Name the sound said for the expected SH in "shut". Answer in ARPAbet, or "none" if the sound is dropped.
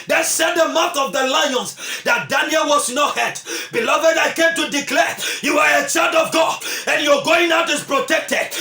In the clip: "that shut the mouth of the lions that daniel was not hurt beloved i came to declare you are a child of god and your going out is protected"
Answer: S